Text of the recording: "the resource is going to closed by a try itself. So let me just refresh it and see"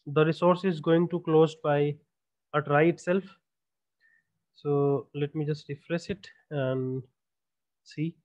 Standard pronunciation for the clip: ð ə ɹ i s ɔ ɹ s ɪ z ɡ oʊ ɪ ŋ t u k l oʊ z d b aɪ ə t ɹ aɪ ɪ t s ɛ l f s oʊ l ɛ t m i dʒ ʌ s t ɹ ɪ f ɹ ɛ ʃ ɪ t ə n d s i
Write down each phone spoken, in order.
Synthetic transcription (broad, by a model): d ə ɹ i s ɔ ɹ s ɪ z ɡ oʊ ɪ ŋ t u k l oʊ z b aɪ ə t ɹ aɪ ɪ t s ɛ l f s oʊ l ɛ t m i dʒ ʌ s t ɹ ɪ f ɹ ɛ s ɪ t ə n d s i